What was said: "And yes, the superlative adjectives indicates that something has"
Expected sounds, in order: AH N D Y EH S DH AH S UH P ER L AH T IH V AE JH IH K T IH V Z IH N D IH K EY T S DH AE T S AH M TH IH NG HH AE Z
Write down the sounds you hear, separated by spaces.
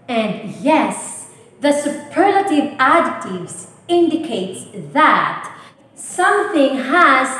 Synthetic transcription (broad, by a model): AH N D Y EH S DH AH S UH P ER L AH T IH V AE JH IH T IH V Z IH N D IH K EY T S DH AE T S AH M TH IH NG HH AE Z